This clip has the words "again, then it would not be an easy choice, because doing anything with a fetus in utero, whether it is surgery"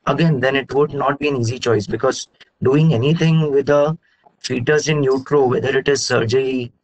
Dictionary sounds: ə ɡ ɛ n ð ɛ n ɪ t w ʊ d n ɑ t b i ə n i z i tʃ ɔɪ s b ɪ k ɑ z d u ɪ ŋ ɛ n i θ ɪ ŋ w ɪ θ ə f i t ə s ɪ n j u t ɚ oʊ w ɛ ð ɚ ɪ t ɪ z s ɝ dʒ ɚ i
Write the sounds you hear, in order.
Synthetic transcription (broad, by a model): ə ɡ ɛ n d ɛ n ɪ t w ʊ d n ɑ t b i ə n i z i tʃ ɔɪ s b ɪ k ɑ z d u ɪ ŋ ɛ n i t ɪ ŋ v ɪ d ə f i t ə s ɪ n j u t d oʊ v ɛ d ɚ ɪ t ɪ z s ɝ dʒ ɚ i